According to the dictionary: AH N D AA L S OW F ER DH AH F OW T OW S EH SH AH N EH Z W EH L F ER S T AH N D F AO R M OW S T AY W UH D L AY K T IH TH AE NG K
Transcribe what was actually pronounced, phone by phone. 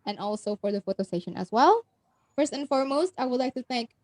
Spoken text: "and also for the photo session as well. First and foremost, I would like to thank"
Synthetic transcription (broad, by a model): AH N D AA L S OW F ER DH AH F OW T OW S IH SH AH N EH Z W EH L F ER S T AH N F AO R M OW S T AY W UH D L AY K T IH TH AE NG K